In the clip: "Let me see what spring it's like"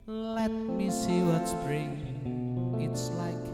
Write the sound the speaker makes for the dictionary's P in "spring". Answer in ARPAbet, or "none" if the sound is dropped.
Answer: B